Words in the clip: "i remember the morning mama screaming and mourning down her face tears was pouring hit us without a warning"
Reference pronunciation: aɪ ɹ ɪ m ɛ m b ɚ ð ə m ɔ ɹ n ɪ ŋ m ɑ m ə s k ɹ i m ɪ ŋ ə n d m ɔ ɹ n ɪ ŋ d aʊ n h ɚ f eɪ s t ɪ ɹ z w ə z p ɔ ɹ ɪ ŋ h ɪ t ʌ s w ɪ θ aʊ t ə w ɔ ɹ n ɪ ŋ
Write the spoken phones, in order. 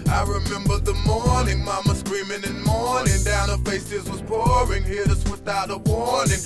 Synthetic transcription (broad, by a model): aɪ ɹ ɪ m ɛ m b ɚ ð ə m ɔ ɹ n ɪ ŋ m ɑ m ə s k ɹ i m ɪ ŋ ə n m ɔ ɹ n ɪ ŋ d aʊ n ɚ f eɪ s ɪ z w ə z p ɔ ɹ ɪ ŋ h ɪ ʌ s w ɪ θ aʊ t ə w ɔ ɹ n ɪ ŋ